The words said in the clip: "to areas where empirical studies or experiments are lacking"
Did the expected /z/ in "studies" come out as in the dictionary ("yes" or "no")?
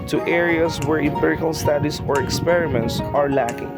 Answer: no